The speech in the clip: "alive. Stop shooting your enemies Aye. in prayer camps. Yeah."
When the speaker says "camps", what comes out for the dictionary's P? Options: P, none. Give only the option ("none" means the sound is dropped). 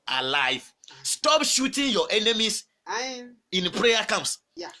none